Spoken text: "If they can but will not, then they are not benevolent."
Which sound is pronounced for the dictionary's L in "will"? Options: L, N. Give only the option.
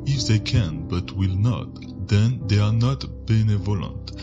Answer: L